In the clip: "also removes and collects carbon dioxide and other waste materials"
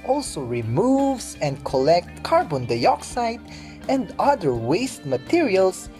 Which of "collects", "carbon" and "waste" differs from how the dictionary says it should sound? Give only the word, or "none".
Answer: collects